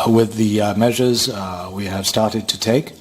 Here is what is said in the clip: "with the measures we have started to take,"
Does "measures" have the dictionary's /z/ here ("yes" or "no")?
yes